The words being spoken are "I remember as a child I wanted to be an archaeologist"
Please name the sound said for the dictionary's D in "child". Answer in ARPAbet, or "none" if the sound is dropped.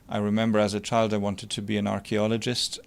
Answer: D